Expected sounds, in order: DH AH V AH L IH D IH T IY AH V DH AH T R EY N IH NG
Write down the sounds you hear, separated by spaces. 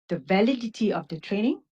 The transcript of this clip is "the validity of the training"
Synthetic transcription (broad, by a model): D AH V AH L IH D IH T IY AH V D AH T R EY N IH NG